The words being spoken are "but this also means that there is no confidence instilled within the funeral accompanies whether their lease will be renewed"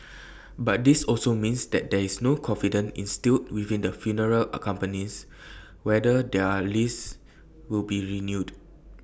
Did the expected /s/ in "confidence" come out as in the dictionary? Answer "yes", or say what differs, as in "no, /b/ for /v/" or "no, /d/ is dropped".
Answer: no, /s/ is dropped